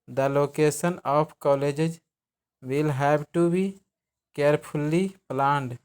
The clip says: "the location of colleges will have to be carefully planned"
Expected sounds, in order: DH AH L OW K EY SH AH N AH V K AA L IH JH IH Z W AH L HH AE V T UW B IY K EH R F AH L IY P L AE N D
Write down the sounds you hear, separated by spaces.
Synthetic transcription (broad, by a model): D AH L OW K EY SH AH N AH P K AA L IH JH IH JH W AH L HH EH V T UW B IY K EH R P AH L IY P L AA N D